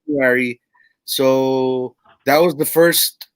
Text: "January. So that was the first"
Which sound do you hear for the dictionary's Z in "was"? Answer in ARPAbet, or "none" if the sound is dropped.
Z